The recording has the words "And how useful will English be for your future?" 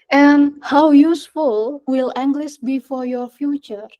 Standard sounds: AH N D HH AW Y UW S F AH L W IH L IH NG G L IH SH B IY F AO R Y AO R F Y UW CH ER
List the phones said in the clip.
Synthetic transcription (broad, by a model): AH N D HH AW Y UW S F AH L W IH L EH NG G L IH S B IY F AO R Y AO R F Y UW CH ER